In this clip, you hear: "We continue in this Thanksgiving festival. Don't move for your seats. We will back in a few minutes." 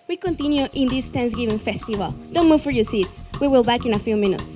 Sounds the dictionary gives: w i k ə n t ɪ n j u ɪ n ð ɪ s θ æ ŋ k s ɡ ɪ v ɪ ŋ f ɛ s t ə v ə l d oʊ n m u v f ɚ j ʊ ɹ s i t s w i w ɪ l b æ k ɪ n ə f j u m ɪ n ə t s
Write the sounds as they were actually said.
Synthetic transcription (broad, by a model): w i k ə n t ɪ n j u ɪ n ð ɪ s t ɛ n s ɡ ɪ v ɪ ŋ f ɛ s t ə v ə l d oʊ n m u v f ɚ j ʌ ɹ s i t s w i w ɪ l b æ k ɪ n ə f j u m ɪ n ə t s